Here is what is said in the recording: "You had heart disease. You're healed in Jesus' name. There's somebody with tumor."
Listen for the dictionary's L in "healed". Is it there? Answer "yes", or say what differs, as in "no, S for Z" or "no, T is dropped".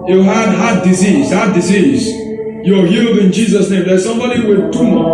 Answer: yes